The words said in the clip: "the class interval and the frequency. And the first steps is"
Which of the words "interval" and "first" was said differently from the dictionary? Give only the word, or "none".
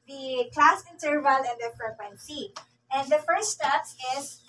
none